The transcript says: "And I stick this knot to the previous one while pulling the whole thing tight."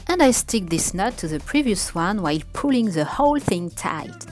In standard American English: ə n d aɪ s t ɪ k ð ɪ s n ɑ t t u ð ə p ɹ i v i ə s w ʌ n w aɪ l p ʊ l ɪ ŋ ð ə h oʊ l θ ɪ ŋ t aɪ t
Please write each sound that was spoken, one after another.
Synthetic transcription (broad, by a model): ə n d aɪ s t ɪ k ð ɪ s n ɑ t t u ð ə p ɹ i v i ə s w ʌ n w aɪ l p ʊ l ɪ ŋ ð ə h oʊ l θ ɪ ŋ t aɪ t